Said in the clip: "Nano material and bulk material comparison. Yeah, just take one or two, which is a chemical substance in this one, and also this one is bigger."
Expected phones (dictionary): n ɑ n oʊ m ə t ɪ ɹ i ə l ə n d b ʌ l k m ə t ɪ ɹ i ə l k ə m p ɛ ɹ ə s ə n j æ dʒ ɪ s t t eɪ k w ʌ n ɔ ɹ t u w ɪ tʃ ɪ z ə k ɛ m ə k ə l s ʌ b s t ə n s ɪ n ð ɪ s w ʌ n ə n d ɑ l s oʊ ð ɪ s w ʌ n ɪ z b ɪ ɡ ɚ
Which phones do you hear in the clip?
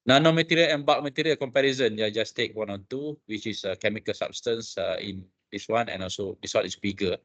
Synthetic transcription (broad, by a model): n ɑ n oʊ m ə t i ɹ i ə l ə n b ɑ k m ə t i ɹ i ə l k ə m p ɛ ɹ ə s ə n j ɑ dʒ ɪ s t t eɪ k w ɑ n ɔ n t u w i tʃ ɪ s ə k ɛ m ə k ə l s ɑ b s t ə n s ɪ n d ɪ s w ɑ n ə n ɑ l s oʊ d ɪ s w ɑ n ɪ s b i ɡ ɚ